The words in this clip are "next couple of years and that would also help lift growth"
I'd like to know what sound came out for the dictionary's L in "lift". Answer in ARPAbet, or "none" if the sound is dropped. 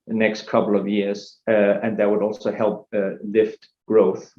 L